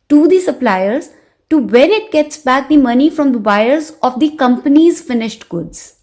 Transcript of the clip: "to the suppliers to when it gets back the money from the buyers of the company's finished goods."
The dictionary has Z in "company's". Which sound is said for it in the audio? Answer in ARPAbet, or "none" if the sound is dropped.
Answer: Z